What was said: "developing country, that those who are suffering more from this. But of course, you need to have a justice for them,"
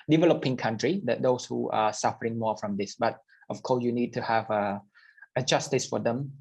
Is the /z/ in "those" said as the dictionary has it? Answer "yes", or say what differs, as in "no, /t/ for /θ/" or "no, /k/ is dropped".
no, /s/ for /z/